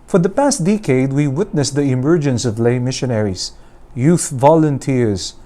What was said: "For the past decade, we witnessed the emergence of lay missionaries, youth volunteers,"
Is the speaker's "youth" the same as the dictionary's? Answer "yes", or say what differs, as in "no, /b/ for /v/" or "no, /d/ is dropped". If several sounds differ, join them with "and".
yes